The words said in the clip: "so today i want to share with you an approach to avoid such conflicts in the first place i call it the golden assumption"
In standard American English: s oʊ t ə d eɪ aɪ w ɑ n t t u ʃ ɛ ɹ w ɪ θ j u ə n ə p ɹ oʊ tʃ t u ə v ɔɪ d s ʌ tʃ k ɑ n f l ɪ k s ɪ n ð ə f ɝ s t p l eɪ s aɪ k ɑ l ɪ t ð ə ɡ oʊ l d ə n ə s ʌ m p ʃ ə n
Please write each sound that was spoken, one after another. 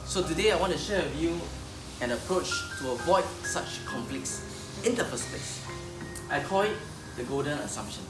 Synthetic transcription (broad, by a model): s oʊ t ə d eɪ aɪ w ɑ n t t u ʃ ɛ w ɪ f j u ə n ə p ɹ oʊ tʃ t u ə v ɔɪ d s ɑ tʃ k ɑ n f l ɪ k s ɪ n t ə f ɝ s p eɪ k aɪ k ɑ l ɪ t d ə ɡ oʊ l d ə n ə s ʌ m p ʃ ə n